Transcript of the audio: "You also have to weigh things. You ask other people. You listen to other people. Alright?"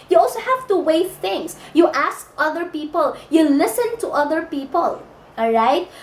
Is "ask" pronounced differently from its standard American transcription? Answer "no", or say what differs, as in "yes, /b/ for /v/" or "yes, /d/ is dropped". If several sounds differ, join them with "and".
no